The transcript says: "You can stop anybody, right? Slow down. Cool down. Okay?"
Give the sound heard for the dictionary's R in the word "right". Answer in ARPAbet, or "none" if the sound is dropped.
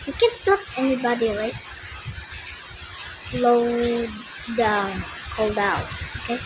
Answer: L